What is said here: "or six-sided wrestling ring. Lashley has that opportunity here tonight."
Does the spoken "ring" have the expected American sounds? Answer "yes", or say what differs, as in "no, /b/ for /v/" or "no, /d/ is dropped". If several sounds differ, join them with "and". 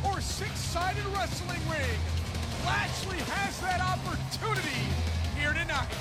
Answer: no, /w/ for /ɹ/